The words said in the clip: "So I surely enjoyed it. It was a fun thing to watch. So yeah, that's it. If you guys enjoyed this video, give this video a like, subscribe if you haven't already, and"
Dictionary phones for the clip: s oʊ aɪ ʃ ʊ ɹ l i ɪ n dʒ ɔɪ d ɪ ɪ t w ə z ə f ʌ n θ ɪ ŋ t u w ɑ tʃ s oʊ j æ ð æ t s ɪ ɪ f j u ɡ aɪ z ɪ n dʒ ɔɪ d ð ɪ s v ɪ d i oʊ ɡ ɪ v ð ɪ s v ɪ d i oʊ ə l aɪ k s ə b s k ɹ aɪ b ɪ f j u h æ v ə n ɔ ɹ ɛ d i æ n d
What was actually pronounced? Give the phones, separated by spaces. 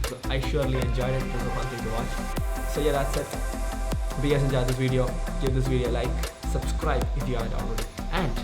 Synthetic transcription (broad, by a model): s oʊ aɪ ʃ ʊ ɹ l i ɪ n dʒ ɔɪ d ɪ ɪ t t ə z ə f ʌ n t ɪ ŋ t u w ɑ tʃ s oʊ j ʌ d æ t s ɪ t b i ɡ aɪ s ɪ n dʒ ɔɪ d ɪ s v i d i oʊ ɡ ɪ v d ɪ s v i d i oʊ l aɪ k s ə b s k ɹ aɪ b ɪ f j u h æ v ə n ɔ l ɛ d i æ n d